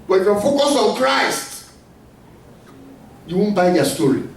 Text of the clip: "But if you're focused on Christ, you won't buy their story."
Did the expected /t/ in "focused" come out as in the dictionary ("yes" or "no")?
no